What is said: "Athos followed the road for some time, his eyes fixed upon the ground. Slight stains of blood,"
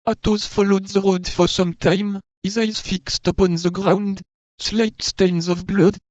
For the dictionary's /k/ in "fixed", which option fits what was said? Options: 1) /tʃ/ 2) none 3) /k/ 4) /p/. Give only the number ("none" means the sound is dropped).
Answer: 3